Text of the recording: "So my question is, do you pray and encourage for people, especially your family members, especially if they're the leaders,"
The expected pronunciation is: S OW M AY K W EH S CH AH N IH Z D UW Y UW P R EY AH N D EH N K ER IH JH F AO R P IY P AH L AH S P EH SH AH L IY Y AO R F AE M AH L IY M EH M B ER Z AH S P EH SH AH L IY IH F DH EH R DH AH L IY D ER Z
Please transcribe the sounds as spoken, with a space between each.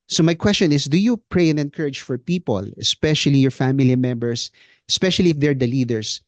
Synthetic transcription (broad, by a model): S OW M AY K W EH S CH AH N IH S D UW Y UW P R EY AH N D EH N K ER IH JH F AO R P IY P AH L AH S P EH SH AH L IY Y AO R F AE M AH L IY M EH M B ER S AH S P EH SH AH L IY IH F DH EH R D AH L IY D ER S